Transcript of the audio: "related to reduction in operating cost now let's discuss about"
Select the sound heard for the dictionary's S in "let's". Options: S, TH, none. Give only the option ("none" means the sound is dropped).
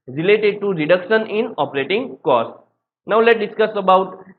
none